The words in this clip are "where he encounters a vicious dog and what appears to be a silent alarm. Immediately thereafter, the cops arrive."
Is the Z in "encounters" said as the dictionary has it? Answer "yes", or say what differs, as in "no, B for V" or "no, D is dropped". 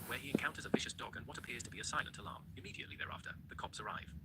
yes